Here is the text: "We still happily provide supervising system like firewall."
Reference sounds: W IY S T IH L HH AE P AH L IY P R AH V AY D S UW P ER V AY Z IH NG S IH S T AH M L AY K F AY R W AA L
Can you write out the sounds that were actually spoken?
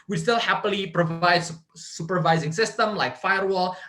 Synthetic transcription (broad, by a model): W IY S T IH L HH AE P AH L IY P R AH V AY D S UW P ER V AY Z IH NG S IH S T AH M L AY K F AY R W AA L